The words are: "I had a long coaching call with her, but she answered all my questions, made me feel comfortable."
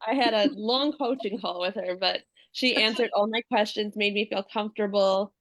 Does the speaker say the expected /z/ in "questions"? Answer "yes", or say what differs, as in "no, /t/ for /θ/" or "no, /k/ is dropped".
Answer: yes